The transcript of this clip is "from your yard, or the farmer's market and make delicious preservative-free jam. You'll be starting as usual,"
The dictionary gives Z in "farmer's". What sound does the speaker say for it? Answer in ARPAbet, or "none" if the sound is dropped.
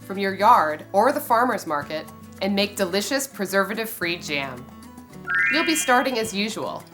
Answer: Z